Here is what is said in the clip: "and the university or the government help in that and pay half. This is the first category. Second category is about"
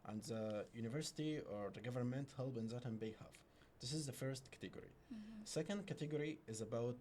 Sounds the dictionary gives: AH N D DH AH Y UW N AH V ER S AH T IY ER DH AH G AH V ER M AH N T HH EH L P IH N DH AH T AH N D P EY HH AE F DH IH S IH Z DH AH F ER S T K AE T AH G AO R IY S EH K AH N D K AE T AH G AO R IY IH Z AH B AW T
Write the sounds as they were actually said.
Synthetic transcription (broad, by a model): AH N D DH AH Y UW N AH V ER S AH T IY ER DH AH G AH V ER M AH N T HH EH L B IH N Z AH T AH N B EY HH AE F DH IH S IH Z DH AH F ER S T K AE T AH G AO R IY S EH K AH N D K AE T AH G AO R IY IH Z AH B AW T